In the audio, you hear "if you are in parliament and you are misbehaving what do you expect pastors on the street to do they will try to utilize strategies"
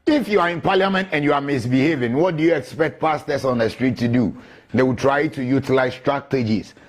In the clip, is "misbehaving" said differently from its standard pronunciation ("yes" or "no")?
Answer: no